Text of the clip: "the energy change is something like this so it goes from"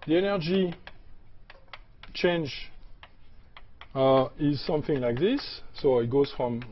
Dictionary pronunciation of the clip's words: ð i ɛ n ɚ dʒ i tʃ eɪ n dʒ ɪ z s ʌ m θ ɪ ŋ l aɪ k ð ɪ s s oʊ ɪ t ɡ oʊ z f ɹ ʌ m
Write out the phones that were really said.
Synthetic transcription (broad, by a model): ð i ɛ n ɚ dʒ i tʃ eɪ n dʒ ɪ z s ʌ m θ ɪ ŋ l aɪ k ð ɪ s s oʊ ɪ t ɡ oʊ z f ɹ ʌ m